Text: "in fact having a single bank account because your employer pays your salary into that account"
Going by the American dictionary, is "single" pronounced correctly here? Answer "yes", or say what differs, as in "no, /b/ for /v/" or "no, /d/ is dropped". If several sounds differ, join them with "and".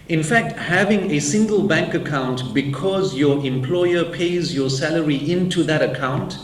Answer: yes